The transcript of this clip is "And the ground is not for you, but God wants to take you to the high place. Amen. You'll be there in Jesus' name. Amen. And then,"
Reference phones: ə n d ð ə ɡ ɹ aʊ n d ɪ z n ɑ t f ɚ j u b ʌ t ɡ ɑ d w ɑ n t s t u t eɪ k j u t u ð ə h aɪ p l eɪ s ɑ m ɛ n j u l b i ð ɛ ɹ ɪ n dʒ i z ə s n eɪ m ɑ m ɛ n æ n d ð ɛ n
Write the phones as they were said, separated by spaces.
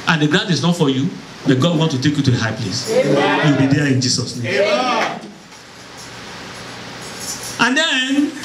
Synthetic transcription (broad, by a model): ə n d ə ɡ ɹ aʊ n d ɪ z n ɑ t f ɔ j u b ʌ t ɡ ɑ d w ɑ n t t u t eɪ k j u t u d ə h aɪ p l eɪ s j u l b i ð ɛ ɪ n dʒ i s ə s n eɪ m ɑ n n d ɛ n